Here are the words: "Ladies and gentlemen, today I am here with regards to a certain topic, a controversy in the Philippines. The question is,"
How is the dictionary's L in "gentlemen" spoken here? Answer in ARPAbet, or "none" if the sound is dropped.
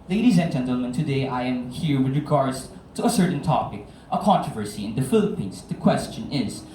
L